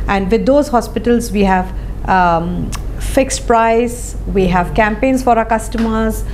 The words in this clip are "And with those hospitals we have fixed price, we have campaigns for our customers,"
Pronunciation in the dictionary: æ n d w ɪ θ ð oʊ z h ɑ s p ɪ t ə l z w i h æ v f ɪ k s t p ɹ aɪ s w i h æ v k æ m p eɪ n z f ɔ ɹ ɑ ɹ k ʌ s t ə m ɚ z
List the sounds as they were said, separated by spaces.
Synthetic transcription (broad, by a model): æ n d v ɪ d oʊ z h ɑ s p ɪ t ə l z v i h æ v f ɪ k s t p ɹ aɪ s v i h æ v k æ m p eɪ n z f ɔ ɹ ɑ k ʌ s t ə m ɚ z